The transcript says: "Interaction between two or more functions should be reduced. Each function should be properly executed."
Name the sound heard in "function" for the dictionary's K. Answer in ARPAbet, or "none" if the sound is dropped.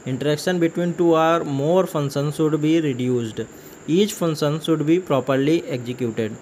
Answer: none